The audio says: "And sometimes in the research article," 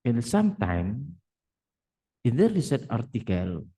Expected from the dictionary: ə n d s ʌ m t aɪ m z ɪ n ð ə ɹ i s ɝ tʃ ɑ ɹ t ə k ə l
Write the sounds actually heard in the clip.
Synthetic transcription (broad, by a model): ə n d s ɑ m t aɪ m ɪ n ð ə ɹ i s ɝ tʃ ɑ ɹ t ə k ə l